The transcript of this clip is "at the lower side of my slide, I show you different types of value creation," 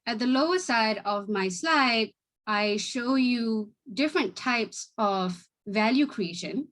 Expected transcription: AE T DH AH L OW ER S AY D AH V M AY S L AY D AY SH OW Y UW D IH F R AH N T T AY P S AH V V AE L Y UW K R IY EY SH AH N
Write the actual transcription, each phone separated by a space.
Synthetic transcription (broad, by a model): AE T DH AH L OW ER S AY D AH V M AY S L AY D AY SH OW Y UW D IH F R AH N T T AY P S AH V V AE L Y UW K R IY EY SH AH N